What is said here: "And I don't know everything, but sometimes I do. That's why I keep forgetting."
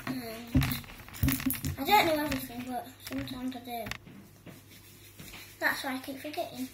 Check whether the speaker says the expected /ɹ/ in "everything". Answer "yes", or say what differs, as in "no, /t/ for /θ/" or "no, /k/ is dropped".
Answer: no, /ɹ/ is dropped